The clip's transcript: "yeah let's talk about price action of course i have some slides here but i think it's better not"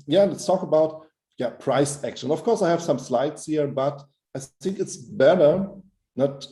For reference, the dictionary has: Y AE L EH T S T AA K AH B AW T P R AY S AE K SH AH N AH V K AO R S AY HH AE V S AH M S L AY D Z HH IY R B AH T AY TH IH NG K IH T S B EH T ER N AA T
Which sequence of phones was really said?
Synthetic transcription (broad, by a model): Y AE N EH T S T AA K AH B AW T P R AY S AE K SH AH N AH F K AO R S AY HH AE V S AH M S L AY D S HH IY R B AH T AY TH IH NG K IH T S B EH T ER N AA T